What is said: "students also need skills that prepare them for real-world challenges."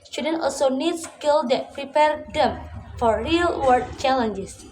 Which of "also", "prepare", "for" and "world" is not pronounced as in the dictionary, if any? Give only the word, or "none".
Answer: world